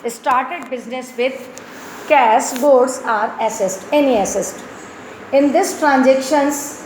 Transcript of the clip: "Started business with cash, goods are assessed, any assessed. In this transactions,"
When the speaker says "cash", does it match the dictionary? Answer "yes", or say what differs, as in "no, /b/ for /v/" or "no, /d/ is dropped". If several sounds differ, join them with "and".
no, /s/ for /ʃ/